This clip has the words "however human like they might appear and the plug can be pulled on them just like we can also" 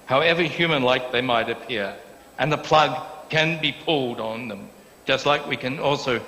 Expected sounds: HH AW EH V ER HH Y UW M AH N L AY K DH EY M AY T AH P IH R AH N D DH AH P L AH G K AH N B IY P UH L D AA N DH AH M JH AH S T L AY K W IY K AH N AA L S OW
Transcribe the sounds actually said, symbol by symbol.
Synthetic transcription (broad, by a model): HH AW EH V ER HH Y UW M AH N L AY K DH EY M AY T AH P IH R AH N DH AH P L AH G K AH N B IY P UH L D N DH AH M JH AH S T L AY K W IY K AH N AA L S OW